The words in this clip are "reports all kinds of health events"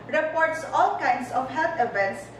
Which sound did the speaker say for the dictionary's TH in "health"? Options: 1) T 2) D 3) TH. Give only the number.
1